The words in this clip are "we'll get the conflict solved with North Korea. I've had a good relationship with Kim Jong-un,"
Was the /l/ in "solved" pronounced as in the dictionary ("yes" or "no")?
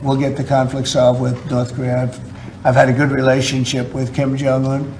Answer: no